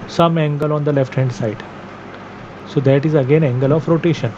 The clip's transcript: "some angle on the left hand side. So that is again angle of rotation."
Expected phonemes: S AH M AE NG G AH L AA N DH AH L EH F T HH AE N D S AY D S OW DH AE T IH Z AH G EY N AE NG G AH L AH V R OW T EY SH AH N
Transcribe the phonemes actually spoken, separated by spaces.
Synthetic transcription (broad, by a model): S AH M AE NG G AH L AA N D AH L EH F T HH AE N D S AY D S OW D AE T IH Z AH G EY N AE NG G AH L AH F R OW T EY SH AH N